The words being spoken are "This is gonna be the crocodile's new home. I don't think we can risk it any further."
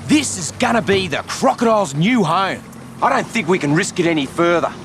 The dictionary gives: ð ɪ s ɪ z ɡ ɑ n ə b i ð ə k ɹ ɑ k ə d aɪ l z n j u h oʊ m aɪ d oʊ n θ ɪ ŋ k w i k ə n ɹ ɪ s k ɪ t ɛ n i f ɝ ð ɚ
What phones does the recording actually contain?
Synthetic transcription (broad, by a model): ð ɪ s ɪ z ɡ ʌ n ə b i ð ə k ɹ ɑ k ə d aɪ l z n j u h oʊ m aɪ d oʊ n θ ɪ ŋ k w i k ə n ɹ ɪ s k ɪ t ɛ n i f ɝ ð ɚ